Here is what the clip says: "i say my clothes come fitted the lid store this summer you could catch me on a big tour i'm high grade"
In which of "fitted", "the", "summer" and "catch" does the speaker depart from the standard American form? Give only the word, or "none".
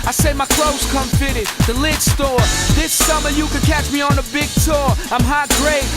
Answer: none